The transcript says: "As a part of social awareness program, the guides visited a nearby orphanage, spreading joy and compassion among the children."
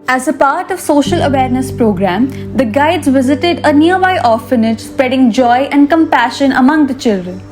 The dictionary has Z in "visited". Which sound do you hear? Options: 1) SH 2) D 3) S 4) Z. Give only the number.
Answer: 4